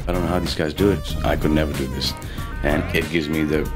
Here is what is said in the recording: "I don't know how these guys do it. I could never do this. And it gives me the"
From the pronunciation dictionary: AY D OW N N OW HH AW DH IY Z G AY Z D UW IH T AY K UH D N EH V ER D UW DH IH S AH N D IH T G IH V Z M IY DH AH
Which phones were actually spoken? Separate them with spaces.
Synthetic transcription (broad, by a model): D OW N N OW HH AW DH IY Z G AY Z D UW IH T AY K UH D N EH V ER D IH DH IH S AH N IH T G IH V Z M IY DH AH